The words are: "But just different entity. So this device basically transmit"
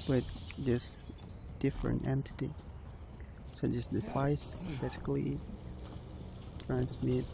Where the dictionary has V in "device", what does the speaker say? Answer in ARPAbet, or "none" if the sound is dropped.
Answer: F